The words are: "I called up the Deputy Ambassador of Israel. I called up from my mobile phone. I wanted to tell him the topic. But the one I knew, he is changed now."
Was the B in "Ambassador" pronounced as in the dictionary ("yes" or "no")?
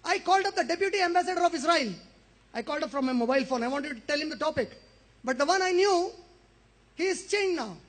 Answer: yes